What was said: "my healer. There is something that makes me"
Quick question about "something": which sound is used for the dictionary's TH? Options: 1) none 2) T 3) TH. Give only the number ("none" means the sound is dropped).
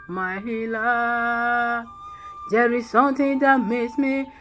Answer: 2